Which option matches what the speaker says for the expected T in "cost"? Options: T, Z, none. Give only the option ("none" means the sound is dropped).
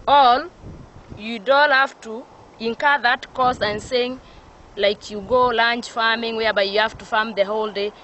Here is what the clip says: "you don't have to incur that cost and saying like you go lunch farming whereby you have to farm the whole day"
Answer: none